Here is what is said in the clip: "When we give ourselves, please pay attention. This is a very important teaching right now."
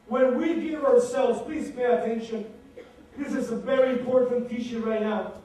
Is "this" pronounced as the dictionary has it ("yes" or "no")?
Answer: yes